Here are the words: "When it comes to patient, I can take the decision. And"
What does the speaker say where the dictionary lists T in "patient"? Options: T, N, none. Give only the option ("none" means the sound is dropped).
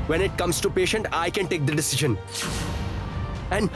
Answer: T